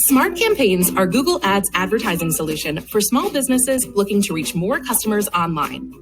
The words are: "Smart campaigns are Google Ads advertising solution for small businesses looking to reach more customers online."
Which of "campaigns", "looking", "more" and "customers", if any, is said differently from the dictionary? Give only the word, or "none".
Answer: none